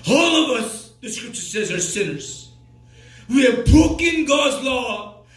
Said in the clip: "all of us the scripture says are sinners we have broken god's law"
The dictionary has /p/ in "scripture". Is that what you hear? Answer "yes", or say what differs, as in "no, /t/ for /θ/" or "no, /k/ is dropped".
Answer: yes